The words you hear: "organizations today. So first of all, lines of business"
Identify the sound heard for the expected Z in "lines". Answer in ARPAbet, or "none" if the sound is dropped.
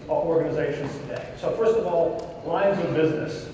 Z